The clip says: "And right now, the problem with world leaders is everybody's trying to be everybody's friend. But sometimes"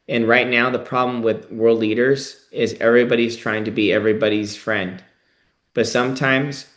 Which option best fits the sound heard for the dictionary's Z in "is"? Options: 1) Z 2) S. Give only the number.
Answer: 1